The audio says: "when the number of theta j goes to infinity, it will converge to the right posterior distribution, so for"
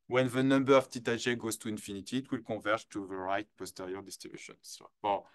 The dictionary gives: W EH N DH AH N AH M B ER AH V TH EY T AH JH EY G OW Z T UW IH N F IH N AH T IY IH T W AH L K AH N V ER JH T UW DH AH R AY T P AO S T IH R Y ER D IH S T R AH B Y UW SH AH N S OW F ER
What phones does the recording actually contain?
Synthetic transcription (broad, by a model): W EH N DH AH N AH M B ER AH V T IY T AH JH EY G OW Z T UW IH N F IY N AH T IY T W AH L K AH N V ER T UW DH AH R AY T P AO S T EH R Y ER D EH S T AH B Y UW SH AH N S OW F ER